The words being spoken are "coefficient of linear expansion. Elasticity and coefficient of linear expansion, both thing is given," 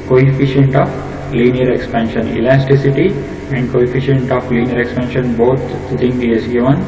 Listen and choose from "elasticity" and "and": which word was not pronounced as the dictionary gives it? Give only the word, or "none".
none